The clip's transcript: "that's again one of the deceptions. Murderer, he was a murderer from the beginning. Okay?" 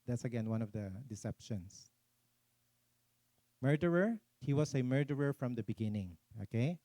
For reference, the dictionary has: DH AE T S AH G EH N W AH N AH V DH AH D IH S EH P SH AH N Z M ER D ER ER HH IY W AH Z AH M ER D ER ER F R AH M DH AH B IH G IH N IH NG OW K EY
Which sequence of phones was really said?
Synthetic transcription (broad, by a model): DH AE T S AH G EH N W AH N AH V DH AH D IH S EH P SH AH N S M ER D ER ER HH IY W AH S AH M ER D ER ER F R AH M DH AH B IH G IH N IH NG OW K EY